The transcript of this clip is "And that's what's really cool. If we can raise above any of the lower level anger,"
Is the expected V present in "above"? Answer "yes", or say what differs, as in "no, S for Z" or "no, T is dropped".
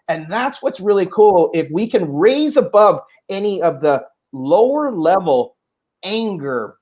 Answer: yes